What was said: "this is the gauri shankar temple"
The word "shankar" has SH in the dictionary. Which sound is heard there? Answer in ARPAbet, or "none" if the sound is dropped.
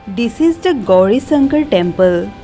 S